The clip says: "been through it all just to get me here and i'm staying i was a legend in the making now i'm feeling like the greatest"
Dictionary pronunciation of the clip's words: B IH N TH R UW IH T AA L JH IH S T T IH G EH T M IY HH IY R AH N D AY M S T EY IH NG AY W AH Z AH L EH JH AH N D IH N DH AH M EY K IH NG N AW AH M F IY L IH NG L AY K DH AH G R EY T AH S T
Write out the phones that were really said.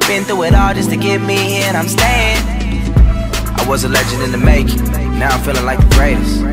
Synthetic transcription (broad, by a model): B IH N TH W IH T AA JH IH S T T IH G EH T M IY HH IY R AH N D AY M S T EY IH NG AY W AH Z AH L EH JH AH N D IH N DH AH M EY IH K N AW AH M F IY L IH NG L AY K DH AH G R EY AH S